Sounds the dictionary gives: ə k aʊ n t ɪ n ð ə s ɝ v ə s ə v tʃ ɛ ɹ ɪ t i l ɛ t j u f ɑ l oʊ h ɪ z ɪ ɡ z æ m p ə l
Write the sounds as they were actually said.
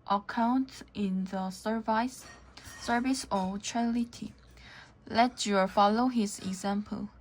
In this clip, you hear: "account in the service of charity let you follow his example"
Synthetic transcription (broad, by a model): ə k aʊ n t ɪ n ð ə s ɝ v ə s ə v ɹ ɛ l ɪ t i l ɛ t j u f ɑ l oʊ h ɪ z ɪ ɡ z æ m p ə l